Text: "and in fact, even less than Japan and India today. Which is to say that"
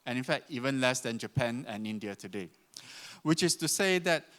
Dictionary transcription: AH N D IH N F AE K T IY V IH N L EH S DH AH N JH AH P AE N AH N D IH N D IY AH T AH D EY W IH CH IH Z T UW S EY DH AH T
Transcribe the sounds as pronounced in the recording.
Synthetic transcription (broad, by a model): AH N IH N F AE K T IY V IH N L EH S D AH N JH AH P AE N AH N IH N D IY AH T AH D EY W IH CH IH S T UW S EY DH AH T